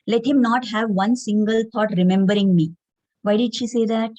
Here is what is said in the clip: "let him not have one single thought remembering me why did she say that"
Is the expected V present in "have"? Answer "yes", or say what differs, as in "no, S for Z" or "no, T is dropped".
yes